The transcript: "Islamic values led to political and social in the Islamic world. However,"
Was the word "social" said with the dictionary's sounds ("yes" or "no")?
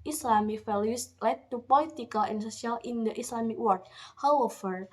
no